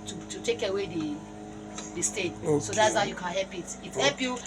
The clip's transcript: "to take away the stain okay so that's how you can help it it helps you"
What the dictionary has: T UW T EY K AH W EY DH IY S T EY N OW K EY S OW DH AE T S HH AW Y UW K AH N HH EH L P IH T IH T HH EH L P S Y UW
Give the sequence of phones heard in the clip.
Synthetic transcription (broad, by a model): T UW T EY K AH W EY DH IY S T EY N S OW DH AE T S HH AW Y UW K AH N HH EH L P IH T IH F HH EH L P Y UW